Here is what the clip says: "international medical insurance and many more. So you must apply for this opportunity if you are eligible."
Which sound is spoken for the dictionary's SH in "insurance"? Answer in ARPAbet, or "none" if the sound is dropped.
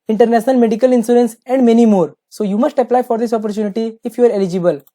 S